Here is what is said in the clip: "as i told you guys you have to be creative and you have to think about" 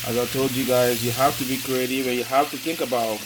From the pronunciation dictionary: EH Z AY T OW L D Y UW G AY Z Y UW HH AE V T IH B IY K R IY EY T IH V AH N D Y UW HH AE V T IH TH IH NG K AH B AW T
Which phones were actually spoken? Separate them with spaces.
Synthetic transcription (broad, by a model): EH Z AY T OW L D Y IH G AY Z Y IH HH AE F T IH B IY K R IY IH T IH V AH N Y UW HH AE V T IH TH IH NG K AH B AW T